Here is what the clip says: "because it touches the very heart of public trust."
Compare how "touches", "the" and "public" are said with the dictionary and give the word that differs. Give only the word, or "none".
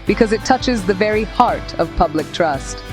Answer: none